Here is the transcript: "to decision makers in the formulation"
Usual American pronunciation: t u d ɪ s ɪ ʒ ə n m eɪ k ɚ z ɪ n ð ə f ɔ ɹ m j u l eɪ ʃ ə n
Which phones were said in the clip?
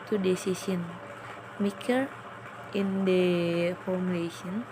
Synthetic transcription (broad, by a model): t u d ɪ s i s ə n m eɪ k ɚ ɪ n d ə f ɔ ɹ m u l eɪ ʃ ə n